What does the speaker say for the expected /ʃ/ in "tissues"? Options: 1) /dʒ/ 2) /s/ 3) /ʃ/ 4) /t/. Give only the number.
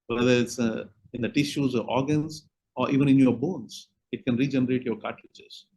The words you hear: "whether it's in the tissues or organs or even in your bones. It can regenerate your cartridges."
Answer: 3